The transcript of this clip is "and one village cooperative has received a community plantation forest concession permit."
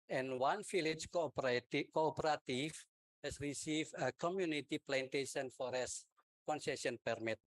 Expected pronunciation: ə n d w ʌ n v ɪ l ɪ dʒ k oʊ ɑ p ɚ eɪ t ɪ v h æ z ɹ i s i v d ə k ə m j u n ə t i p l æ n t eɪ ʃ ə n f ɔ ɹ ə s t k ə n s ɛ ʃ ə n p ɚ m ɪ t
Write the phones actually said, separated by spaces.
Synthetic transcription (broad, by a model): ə n w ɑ n f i l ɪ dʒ k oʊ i p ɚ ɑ t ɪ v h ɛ s ɹ i s i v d ə k ə m j u n ə t i p l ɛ n t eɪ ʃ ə n f ɔ ɹ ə s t k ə n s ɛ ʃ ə n p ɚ m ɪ t